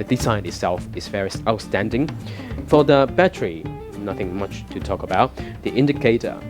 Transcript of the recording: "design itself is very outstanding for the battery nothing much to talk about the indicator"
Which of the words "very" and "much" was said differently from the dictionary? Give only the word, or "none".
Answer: very